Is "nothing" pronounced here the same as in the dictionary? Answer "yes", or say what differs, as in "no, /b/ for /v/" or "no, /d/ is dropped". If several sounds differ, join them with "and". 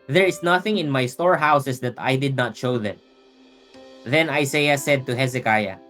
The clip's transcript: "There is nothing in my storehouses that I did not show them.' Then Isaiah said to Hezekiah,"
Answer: yes